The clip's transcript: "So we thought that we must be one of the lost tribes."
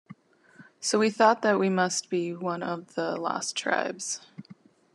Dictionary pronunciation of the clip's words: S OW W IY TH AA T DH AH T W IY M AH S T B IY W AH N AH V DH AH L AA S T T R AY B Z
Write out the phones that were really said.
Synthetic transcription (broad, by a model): S OW W IY TH AA T DH AH T W IY M AH S T B IY W AH N AH V DH AH L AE S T T R AY B Z